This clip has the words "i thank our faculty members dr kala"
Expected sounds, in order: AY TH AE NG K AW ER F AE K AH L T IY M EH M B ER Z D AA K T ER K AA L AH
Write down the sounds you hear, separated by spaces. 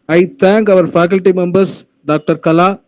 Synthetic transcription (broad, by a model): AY T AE NG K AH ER F AE K AH L T IY M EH M B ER S D AA K T ER K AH L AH